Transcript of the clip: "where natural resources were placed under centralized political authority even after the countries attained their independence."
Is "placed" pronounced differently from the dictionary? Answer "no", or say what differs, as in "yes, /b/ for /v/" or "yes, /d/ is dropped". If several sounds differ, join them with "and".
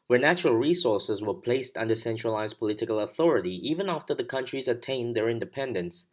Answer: no